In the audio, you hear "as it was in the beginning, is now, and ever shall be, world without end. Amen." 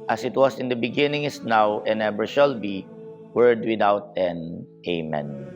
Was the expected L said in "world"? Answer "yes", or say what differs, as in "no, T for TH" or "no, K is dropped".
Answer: no, L is dropped